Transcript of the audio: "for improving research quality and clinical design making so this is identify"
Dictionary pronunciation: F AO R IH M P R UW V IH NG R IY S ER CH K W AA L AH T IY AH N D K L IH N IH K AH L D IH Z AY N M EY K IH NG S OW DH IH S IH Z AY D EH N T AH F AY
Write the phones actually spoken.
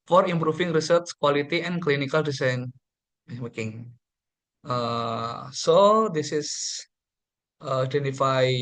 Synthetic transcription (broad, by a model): F AO R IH M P R UW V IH NG R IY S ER S K W AA L AH T IY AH N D K L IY N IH K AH L D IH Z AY N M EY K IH NG S OW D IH S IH S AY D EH N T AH F AY